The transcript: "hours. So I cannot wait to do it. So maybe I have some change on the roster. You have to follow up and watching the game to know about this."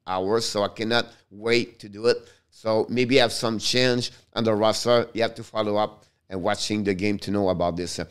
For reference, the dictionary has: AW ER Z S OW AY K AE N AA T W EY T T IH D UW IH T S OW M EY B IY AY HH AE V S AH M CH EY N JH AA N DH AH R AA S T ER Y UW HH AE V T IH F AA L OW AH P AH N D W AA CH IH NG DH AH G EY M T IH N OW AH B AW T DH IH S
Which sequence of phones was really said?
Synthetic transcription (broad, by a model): AW ER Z S OW AY K AE N AA T W EY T T IH D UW IH T S OW M EY B IY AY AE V S AH M CH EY N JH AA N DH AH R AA S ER Y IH HH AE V T IH F AA L OW AH P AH N W AA CH IH NG DH AH G EY M T IH N OW AH B AW T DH IH S